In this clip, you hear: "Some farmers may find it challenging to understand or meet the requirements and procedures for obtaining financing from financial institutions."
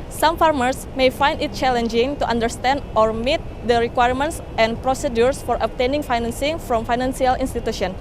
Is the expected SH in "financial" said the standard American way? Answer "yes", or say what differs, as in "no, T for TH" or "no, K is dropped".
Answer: no, S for SH